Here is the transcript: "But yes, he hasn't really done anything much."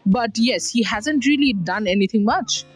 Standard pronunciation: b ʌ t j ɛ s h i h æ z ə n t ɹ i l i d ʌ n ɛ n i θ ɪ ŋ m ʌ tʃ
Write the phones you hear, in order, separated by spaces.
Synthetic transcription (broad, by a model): b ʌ t j ɛ s h i h æ z ə n t ɹ i l i d ʌ n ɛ n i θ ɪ ŋ m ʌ tʃ